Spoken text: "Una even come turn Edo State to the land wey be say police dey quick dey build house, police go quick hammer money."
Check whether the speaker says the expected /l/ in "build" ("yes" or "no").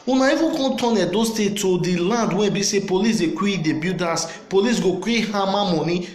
no